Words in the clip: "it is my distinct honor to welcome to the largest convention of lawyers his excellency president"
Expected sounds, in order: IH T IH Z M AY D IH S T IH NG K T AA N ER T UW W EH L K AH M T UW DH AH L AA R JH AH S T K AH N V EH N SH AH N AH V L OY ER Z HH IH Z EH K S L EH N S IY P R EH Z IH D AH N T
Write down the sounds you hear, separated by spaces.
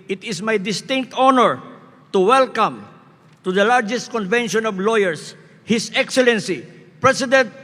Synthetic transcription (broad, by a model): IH T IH S M AY D IH S T IH NG K T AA N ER T UW W EH L K AH M T UW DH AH L AA R JH AH S T K AH N V EH N SH AH N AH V L OY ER S HH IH S EH K S L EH N S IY P R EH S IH D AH N T